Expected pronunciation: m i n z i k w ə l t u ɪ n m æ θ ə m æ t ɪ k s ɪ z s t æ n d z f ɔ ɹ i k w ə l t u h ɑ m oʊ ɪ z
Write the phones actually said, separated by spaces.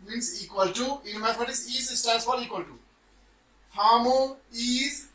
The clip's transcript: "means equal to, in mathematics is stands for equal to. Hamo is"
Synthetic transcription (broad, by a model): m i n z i k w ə l t u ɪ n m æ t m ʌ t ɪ s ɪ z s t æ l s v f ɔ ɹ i k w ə l t u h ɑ m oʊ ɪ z